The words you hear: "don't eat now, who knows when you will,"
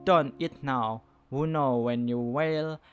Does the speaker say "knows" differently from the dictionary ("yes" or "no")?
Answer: yes